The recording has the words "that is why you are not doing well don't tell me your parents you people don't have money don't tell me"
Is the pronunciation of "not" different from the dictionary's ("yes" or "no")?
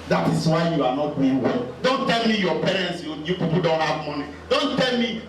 no